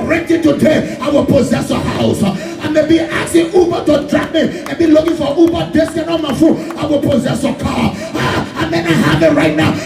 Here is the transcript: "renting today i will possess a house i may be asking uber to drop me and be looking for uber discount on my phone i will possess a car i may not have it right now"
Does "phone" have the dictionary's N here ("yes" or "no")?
no